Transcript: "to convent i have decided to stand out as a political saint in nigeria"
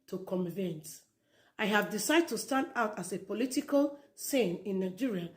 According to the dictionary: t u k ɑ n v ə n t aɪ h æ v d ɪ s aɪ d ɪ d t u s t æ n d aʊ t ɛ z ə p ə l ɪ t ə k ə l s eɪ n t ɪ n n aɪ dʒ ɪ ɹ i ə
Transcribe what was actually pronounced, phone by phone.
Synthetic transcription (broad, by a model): t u k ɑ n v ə n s aɪ h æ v d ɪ s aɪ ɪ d t u s t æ n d aʊ t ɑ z ə p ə l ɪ t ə k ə l s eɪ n ɪ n n aɪ dʒ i ɹ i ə